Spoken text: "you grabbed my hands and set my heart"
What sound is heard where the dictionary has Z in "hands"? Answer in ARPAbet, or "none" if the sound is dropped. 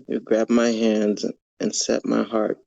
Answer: Z